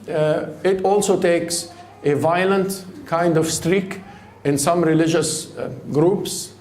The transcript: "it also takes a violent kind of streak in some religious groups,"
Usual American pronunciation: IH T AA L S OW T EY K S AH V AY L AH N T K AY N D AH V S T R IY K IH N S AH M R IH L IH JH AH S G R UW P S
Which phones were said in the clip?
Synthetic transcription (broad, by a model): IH T AA L S OW T EY K S AH V AY L AH N T K AY N D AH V S T R IY K IH N S AH M R IH L IH JH AH S G R UW P S